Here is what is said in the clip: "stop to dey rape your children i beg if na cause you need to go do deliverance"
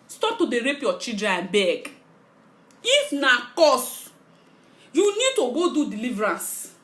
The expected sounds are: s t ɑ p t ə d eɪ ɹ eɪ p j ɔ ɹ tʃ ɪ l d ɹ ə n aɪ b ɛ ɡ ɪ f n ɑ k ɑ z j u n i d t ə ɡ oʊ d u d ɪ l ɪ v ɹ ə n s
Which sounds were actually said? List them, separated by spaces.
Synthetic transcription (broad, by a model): s t ɑ p t ə d eɪ ɹ eɪ p j ɔ tʃ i d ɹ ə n b ɛ ɡ ɪ f n ɑ k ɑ s j u n i d t ə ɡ oʊ d u d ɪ l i v ɹ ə n s